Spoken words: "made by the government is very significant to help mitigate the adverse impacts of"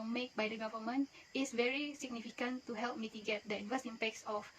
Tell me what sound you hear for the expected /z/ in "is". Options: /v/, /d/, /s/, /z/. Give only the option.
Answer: /s/